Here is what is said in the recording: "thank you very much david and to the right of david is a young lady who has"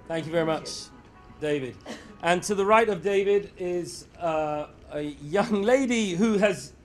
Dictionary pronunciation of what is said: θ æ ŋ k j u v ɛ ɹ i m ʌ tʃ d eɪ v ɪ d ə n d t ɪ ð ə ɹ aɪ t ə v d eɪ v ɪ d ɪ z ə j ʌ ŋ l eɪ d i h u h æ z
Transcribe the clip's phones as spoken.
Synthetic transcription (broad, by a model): θ æ ŋ k j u v ɛ ɹ i m ʌ tʃ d eɪ v ɪ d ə n t ɪ ð ə ɹ aɪ t ə v d eɪ v ɪ d ɪ z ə j ʌ ŋ l eɪ d i h u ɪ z